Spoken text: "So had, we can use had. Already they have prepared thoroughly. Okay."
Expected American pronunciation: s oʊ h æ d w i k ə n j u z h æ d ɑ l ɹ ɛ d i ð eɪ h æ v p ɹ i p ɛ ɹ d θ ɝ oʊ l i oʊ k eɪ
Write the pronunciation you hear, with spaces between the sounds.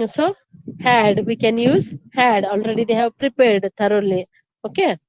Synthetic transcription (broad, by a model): s oʊ h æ d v i k ə n j u z h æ d ɑ l ɹ ɛ d i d eɪ h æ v p ɹ i p ɛ ɹ d t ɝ oʊ l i oʊ k eɪ